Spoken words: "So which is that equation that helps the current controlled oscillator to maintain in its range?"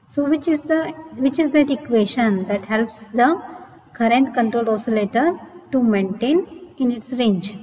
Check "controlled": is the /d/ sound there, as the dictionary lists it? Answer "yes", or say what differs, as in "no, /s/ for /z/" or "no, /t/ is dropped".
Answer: no, /d/ is dropped